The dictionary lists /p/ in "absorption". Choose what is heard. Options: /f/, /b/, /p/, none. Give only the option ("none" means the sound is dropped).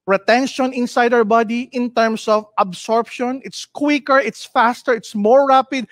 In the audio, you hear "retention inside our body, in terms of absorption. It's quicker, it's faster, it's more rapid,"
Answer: /p/